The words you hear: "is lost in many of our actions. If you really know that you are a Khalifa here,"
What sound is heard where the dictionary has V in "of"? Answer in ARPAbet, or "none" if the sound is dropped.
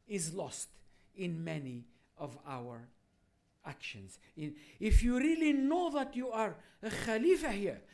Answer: V